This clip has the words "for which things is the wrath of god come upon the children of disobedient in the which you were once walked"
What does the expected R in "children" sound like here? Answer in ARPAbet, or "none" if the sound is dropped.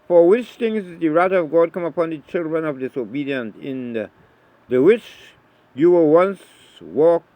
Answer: R